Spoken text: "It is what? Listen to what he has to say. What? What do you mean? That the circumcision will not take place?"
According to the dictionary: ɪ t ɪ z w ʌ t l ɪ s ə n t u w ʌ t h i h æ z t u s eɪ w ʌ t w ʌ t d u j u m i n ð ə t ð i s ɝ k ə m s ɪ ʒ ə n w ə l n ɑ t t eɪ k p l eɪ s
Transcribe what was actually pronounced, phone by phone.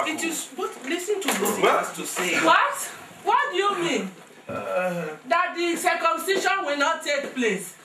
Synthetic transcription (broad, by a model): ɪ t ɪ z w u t l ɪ s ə n t u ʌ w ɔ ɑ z t u s eɪ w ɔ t w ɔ t d u j u m i n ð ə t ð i s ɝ k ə m s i ʃ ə n w ə l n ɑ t t eɪ k p l eɪ s